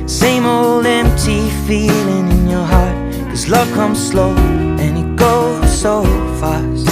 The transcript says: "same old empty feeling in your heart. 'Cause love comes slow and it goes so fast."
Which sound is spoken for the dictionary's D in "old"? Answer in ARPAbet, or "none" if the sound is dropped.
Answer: D